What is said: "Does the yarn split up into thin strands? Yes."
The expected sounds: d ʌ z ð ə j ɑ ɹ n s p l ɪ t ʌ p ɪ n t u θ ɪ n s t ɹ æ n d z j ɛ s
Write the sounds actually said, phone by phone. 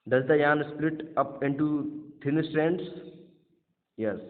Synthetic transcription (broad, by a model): d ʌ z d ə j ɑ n s p l ɪ t ʌ p ɪ n t u t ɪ n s t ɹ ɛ n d s j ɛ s